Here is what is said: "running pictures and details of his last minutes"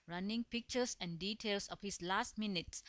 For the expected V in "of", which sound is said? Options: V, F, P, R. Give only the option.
P